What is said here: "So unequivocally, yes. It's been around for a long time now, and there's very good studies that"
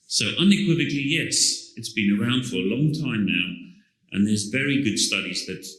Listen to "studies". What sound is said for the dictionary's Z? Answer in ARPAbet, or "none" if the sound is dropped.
Z